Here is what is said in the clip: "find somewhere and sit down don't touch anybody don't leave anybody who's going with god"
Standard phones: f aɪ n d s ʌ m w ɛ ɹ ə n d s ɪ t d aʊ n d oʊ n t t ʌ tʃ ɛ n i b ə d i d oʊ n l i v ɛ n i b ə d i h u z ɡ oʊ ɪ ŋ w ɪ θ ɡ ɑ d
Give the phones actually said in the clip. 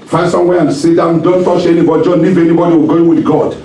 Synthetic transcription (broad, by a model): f aɪ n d s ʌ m w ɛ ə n s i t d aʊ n d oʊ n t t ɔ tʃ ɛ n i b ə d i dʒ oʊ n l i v ɛ n i b ə d i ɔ ɡ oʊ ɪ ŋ w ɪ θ ɡ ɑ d